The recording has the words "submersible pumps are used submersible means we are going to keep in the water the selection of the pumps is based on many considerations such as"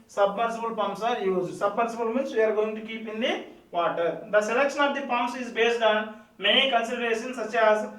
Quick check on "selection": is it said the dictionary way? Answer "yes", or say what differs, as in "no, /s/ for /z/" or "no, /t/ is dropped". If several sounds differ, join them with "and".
yes